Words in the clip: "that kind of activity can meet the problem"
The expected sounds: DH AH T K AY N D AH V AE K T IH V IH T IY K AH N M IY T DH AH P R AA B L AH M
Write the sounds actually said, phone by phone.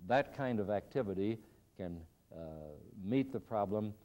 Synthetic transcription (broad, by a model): DH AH T K AY N D AH V AE K T IH V IH T IY K AH N M IY T DH AH P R AA B L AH M